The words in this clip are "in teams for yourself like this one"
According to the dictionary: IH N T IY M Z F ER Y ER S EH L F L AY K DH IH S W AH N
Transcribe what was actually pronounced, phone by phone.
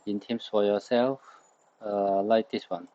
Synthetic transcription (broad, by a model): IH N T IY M S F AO Y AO S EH L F L AY K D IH S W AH N